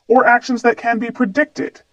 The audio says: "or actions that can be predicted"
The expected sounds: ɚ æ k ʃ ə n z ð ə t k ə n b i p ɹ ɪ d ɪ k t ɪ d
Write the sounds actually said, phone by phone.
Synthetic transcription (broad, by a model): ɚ æ k ʃ ə n z ð ə t k ə n b i p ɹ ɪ d ɪ k t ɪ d